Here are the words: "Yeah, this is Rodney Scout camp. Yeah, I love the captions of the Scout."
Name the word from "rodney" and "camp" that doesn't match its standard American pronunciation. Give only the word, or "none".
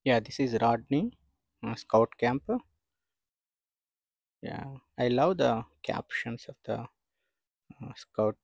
none